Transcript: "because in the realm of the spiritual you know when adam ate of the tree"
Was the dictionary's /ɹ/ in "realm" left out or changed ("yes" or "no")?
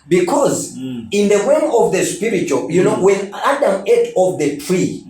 yes